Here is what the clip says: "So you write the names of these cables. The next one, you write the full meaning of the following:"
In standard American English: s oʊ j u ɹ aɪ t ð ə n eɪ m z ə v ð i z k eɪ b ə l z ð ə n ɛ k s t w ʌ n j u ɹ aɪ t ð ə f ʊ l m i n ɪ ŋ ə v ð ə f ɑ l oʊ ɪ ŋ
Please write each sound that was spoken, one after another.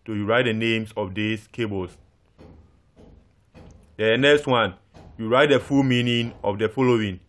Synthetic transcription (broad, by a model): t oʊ j u ɹ aɪ t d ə n eɪ m s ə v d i s k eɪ b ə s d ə n ɛ k s t w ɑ n j u ɹ aɪ t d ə f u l m i n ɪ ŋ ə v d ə f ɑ l oʊ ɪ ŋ